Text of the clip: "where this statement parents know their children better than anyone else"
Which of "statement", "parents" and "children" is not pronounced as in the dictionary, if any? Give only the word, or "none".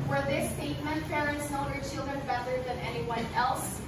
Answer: parents